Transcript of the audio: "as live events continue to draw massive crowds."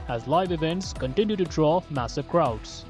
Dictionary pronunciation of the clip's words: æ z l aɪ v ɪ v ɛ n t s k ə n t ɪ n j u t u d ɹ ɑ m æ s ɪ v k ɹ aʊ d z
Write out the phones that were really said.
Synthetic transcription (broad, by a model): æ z l aɪ v ɪ v ɛ n t s k ə n t ɪ n j u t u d ɹ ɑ m æ s ɪ v k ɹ aʊ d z